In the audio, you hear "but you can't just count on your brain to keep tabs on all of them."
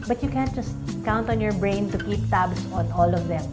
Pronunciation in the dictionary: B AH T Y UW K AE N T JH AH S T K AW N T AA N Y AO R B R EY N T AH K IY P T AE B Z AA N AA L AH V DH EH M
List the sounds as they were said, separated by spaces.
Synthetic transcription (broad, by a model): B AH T Y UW K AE N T JH AH S T K AW N T AA N Y AO R B R EY N T AH K IY P T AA B S AA N AA L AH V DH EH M